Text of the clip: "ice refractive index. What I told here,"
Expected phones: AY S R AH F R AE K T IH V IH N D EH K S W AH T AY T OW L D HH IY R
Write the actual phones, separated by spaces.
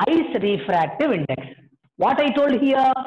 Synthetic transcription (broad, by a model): AY S R AH F R AE K T IH V IH N D EH K S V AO T AY T OW L D HH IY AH